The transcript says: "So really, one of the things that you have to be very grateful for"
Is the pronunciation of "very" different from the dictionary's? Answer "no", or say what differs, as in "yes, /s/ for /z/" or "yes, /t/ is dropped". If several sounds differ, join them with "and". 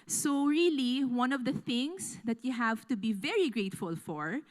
no